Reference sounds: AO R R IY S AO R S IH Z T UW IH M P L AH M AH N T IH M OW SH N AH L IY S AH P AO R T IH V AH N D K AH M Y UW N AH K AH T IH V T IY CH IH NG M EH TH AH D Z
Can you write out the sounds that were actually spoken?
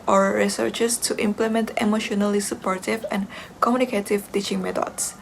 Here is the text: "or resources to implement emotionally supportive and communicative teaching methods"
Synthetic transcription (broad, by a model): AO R R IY S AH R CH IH S T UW IH M P L AH M AH N T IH M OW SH N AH L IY S AH P AO R T IH V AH N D K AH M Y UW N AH K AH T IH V T IY CH IH NG M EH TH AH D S